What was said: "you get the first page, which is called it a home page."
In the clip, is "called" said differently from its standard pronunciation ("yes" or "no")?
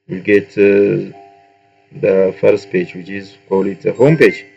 yes